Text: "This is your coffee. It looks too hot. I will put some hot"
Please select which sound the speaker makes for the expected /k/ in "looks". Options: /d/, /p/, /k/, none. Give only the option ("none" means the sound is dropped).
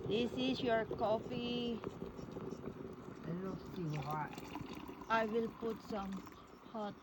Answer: none